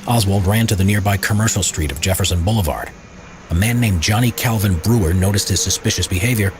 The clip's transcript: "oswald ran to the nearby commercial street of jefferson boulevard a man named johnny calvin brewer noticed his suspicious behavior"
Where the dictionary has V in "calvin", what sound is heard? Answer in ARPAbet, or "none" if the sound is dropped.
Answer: V